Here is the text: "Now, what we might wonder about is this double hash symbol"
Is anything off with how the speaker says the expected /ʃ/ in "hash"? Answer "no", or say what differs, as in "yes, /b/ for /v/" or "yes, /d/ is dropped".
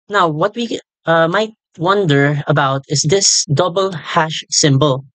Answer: no